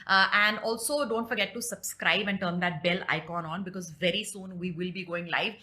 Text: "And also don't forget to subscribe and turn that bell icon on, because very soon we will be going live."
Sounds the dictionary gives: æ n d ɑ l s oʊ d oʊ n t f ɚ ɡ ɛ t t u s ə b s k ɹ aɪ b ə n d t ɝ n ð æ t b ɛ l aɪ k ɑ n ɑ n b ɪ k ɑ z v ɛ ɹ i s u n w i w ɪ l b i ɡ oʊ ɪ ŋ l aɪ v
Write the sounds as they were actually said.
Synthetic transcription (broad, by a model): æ n d ɑ l s oʊ d oʊ n t f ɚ ɡ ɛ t t u s ə b s k ɹ aɪ b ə n t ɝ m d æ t b ɛ l aɪ k ɑ n ɑ n b ɪ k ɑ z v ɛ ɹ i s u n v i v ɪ l b i ɡ oʊ ɪ ŋ l aɪ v